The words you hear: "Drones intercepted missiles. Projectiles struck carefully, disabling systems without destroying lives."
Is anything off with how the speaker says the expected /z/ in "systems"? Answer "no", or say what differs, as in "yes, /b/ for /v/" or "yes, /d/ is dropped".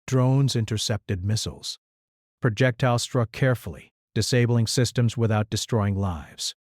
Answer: no